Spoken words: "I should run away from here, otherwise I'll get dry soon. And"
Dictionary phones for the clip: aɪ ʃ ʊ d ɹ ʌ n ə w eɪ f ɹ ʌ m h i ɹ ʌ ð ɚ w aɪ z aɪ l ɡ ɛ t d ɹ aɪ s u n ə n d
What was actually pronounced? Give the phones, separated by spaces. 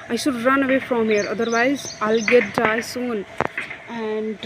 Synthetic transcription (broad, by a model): aɪ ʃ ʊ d ɹ ʌ n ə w eɪ f ɹ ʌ m h i ɹ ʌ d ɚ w aɪ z aɪ l ɡ ɛ t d aɪ s u n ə n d